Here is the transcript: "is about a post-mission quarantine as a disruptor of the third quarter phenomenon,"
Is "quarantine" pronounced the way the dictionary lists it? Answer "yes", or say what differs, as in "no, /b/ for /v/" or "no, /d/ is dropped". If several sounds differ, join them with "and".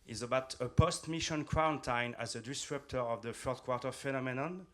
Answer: no, /ɹ/ is dropped